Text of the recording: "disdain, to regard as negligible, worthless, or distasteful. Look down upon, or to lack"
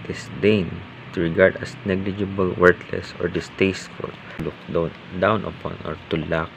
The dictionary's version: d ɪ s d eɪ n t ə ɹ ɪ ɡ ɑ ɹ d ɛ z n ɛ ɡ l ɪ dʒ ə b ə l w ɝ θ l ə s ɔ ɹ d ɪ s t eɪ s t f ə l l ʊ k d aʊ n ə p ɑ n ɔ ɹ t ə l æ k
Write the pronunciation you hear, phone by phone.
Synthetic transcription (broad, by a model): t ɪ s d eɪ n t ə ɹ ɪ ɡ ɑ ɹ d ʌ s n ɛ ɡ l ɪ dʒ ə b ə l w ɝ t l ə s ɔ ɹ d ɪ s t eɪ s t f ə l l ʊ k d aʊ n ə p ɑ n ɔ ɹ t ə l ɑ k